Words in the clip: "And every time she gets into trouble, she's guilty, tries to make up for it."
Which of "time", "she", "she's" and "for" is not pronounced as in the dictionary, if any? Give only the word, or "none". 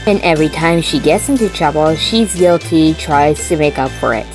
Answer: none